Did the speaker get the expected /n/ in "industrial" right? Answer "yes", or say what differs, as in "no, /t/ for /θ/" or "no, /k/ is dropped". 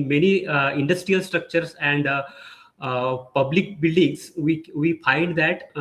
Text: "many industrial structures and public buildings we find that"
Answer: yes